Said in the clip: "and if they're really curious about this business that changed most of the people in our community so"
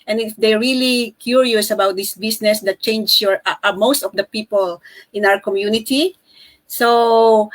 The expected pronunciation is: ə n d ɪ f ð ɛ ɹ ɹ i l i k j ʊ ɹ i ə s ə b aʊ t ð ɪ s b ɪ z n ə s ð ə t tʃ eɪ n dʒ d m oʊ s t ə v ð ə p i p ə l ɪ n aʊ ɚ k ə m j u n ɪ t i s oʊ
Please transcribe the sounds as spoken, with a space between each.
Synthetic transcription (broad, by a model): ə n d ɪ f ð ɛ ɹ ɹ i l i k j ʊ ɹ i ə s ə b aʊ t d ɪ s b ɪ s n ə s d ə t tʃ eɪ n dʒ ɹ m oʊ s t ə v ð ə p i p ə l ɪ n aʊ ɚ k ə m j u n ɪ t i s oʊ